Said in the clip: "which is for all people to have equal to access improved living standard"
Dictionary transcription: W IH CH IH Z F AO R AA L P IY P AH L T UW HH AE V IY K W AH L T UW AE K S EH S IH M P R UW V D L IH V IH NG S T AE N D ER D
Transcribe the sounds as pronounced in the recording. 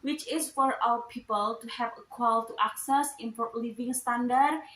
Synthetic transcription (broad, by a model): W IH CH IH S F AO R AA W P IY P AH L T UW HH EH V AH K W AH L T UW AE K S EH S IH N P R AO L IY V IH NG S T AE N D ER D